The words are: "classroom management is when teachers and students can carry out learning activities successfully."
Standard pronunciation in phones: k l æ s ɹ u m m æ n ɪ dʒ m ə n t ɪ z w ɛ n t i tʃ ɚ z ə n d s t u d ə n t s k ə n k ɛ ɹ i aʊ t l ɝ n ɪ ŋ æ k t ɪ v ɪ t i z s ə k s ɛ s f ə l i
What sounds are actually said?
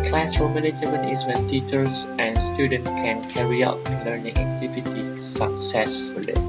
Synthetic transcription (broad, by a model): k l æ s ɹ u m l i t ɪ m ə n ɪ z w ɛ n t i tʃ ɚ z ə n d s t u d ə n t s k ə n k ɛ ɹ i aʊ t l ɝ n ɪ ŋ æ k t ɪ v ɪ t i s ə k s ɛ s f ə l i